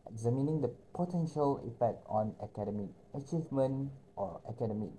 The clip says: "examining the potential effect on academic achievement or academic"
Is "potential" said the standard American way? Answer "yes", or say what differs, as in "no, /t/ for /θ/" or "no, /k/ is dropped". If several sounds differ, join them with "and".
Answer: yes